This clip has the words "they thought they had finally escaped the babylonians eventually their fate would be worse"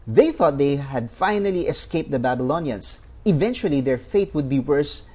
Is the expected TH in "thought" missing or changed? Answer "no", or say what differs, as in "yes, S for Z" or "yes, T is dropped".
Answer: no